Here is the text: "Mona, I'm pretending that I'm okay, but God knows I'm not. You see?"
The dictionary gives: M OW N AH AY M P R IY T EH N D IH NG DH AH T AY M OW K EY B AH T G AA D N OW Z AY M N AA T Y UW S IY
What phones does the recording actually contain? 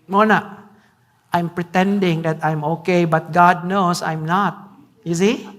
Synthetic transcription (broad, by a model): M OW N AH AY M P R IY T EH N D IH NG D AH T AY M OW K EY B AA T G AA D N OW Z AY M N AA T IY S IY